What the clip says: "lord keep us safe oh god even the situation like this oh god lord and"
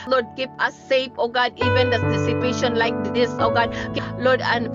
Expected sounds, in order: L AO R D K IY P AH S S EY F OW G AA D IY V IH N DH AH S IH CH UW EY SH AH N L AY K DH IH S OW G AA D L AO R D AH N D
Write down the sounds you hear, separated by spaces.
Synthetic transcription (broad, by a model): L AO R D K IY P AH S S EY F OW G AA D IY V IH N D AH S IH S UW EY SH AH N L AY K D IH S OW G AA D L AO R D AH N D